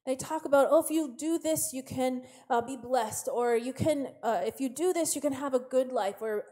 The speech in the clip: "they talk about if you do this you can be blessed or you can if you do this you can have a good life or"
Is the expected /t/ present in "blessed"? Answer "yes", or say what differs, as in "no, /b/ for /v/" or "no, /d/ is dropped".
yes